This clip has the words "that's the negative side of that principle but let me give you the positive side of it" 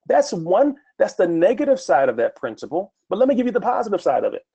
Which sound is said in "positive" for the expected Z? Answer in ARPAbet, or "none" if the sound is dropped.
Z